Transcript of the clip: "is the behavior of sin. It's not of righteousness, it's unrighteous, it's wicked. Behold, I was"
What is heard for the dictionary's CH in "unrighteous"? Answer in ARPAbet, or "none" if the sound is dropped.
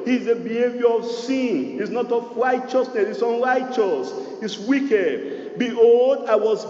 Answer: CH